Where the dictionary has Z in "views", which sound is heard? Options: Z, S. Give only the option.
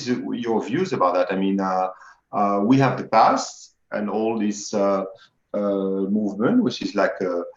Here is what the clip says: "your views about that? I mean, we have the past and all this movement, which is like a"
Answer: Z